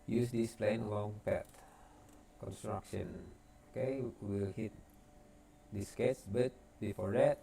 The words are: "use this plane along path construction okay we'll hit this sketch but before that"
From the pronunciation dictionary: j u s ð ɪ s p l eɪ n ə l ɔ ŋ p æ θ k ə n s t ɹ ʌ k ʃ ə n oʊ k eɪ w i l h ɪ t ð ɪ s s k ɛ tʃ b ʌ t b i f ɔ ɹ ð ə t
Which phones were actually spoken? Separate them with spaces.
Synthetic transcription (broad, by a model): j u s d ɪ s p l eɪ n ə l ɔ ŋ p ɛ t k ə n s t ɹ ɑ k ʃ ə n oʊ k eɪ w i l h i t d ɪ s s k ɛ s b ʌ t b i f ɔ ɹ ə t